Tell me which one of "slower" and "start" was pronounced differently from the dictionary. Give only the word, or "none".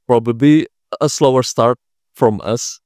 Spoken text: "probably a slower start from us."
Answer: none